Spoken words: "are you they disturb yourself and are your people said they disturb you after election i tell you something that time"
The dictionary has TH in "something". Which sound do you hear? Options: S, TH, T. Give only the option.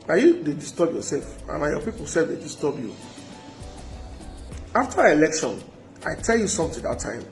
T